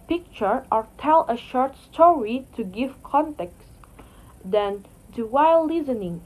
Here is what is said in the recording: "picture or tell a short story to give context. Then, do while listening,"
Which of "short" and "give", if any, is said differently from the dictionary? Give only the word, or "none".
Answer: none